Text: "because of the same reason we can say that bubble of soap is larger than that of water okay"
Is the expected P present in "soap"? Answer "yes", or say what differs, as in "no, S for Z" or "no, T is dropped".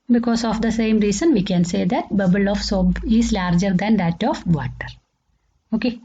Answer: no, B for P